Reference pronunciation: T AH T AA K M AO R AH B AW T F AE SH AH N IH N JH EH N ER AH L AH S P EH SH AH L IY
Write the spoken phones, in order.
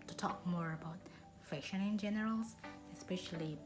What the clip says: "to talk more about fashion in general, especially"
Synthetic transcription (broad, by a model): T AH T AA K M AO R AH B AW T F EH SH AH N IH N JH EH N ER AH L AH S P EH SH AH L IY